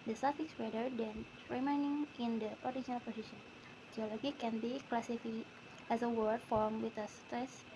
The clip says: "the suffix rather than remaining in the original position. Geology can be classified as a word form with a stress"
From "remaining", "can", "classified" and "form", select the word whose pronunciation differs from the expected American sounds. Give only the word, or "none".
classified